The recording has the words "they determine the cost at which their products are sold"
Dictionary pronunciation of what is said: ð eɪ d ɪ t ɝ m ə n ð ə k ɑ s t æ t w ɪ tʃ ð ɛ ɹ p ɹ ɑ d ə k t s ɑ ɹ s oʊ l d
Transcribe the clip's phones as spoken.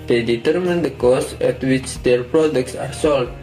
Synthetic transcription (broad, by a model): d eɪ d ɪ t ɝ m ə n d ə k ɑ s ɛ t w ɪ tʃ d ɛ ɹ p ɹ ɑ d ə k t s ɑ ɹ s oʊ l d